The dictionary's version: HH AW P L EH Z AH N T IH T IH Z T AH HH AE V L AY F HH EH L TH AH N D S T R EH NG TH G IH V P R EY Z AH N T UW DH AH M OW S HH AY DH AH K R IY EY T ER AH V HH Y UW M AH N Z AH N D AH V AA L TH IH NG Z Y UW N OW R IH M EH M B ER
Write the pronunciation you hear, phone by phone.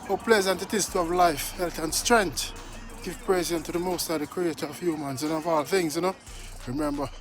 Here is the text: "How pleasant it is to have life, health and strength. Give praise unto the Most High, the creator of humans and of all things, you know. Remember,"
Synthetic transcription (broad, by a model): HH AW P L EH Z AH N T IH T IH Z T AH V L AY F HH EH L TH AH N S T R EH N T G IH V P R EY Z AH N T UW DH AH M OW S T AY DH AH K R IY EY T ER AH V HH Y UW M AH N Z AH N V AA L TH IH NG Z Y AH N OW R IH M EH M B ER